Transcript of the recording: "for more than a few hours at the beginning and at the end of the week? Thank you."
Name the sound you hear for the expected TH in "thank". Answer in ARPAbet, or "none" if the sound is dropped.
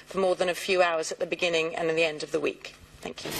TH